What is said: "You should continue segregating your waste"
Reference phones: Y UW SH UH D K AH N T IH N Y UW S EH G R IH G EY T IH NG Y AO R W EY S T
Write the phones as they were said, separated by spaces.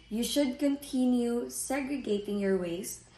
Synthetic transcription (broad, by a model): Y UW SH UH D K AH N T IH N Y UW S EH G R IH G EY T IH NG Y AO R W EY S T